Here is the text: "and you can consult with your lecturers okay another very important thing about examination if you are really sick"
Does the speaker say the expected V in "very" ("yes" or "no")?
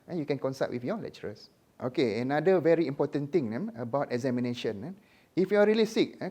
yes